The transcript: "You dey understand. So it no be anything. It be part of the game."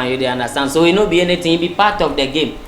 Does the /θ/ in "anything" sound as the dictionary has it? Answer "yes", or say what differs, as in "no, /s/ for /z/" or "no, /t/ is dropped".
no, /t/ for /θ/